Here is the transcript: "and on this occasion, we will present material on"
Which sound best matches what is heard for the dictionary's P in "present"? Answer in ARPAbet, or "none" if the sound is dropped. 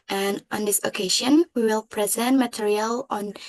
P